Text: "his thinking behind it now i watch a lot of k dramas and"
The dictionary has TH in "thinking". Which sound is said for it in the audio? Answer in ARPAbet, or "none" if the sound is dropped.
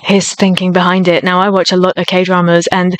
TH